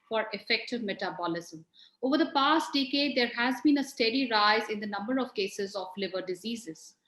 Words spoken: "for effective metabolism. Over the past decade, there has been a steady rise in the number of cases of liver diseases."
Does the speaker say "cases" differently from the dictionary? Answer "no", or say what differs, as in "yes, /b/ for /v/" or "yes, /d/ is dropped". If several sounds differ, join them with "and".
no